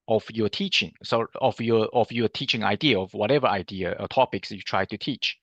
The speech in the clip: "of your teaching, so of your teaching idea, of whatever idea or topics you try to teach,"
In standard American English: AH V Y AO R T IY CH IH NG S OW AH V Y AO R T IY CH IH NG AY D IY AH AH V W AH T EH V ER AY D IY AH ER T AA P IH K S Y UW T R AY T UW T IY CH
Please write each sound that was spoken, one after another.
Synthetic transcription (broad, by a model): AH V Y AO T IY CH IH NG S OW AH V Y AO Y T IY CH IH NG AY D IY AH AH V W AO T EH V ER AY D IY AH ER T AA P IH K S Y UW T R AY T UW T IY CH